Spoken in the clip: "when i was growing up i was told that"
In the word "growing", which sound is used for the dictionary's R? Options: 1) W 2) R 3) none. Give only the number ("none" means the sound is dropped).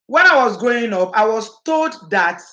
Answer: 3